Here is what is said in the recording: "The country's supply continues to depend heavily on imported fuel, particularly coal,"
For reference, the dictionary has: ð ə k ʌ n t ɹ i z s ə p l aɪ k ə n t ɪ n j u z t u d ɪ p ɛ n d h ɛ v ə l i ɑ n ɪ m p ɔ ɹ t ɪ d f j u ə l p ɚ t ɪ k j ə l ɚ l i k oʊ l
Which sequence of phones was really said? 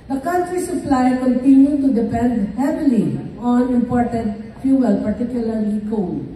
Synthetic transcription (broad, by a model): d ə k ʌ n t ɹ i s ə p l aɪ k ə n t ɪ n j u t u d ɪ p ɛ n d h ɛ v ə l i ɑ n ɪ m p ɔ ɹ t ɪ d f j u ə l p ɚ t ɪ k j ə l ɚ l i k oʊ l